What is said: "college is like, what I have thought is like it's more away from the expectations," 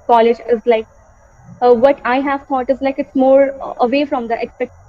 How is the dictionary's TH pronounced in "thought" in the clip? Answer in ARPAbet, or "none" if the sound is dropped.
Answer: T